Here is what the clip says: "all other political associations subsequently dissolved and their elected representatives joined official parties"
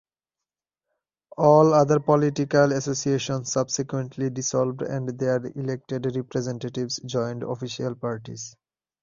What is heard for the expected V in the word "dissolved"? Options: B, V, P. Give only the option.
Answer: B